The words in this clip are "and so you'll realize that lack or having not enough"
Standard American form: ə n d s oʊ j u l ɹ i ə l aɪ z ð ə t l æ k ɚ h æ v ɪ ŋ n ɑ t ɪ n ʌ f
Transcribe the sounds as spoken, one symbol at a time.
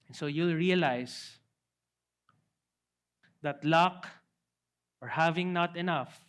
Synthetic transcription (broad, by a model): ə n s oʊ j u l ɹ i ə l aɪ s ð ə t l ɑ k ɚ h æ v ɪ ŋ n ɑ t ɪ n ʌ f